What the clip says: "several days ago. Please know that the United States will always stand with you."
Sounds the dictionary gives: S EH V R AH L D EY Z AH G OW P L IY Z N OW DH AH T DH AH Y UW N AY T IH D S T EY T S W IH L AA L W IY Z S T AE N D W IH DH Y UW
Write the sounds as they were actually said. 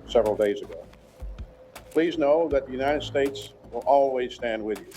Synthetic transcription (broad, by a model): S EH V R L D EY Z AH G OW P L IY Z N OW DH AH T DH AH Y UW N AY T IH D S T EY T S W IH L AA L W IY Z S T AE N D W IH DH Y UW